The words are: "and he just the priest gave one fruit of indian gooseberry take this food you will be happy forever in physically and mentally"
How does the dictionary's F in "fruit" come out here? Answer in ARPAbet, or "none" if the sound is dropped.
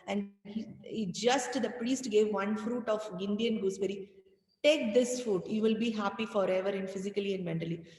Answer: F